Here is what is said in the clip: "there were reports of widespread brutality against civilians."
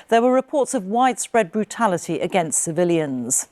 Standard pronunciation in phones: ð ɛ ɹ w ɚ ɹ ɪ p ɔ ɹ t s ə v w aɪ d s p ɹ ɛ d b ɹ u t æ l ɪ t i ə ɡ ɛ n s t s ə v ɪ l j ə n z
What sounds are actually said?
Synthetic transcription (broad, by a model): ð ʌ w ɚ ɹ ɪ p ɔ t s ə v w aɪ d s p ɹ ɛ d b ɹ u t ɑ l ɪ t i ə ɡ ɛ n s t s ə v ɪ l j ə n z